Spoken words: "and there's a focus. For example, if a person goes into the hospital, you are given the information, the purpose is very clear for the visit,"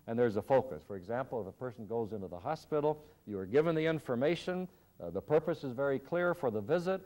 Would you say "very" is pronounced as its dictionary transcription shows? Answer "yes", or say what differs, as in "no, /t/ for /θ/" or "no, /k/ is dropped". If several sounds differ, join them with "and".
yes